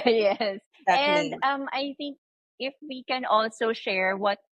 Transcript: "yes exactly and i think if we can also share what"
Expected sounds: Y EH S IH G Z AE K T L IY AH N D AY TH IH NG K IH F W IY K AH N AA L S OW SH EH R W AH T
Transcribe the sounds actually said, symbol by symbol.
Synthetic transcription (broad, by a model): Y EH S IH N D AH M AY TH IH NG K IH F W IY K AH N AA L S OW SH EH R W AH T